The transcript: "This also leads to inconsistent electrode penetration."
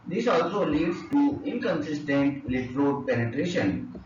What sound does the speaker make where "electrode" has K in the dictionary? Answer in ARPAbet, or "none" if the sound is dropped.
none